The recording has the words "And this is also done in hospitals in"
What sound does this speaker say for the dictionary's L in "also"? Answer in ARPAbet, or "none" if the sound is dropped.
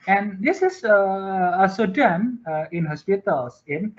none